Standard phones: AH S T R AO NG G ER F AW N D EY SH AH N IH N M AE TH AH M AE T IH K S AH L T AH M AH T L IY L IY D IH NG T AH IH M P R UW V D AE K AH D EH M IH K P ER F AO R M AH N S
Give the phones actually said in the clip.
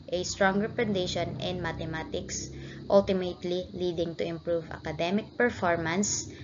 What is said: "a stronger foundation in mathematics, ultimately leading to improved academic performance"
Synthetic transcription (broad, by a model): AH S T R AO NG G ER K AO N D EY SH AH N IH N M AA T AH M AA T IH K S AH L T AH M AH T L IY L IY D IH NG T AH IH M P R UW V AA K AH D EH M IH K P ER F AO R M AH N S